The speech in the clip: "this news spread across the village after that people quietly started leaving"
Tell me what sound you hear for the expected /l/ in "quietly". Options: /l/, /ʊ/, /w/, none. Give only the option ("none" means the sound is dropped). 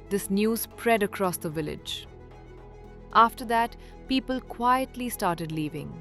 /l/